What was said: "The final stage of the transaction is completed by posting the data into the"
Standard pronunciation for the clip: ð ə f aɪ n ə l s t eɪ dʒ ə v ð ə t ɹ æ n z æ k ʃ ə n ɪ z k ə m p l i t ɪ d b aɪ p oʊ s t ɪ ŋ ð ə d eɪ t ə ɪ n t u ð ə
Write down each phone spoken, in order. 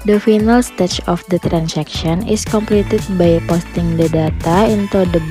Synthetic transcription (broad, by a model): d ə f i n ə l s t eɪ tʃ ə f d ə t ɹ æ n s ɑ k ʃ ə n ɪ s k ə m p l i t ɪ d b aɪ p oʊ s t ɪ ŋ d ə d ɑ t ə ɪ n t u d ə